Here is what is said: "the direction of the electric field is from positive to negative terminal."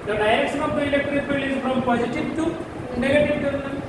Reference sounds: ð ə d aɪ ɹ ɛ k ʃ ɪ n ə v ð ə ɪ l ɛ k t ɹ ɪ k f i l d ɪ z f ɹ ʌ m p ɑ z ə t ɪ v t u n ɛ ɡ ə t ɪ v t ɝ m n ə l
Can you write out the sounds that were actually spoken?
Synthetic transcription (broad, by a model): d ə d aɪ ɹ ɛ k ʃ ɪ n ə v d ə ɪ l ɛ k t ɹ ɪ k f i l ɪ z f ɹ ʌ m p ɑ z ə t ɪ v t u n ɛ ɡ ə t ɪ v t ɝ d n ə